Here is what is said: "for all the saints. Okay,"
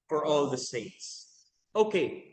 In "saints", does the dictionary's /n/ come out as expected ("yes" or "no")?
no